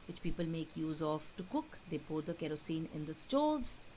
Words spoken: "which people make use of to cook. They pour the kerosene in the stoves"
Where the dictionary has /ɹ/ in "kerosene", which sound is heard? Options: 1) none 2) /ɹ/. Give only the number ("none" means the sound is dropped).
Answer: 2